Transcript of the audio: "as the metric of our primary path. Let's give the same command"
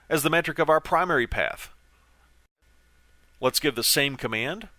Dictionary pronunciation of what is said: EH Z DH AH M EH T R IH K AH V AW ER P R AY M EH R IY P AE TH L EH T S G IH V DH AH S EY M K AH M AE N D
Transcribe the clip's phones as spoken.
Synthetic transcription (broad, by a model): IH Z DH AH M EH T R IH K AH V AW ER P R AY M EH R IY P AE TH L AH T S G IH V DH AH S EY M K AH M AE N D